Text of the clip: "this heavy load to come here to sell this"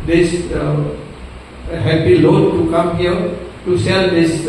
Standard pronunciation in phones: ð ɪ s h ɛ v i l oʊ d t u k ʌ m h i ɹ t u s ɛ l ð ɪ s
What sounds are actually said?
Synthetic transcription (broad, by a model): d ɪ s h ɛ p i l oʊ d t u k ʌ m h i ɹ t u s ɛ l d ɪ s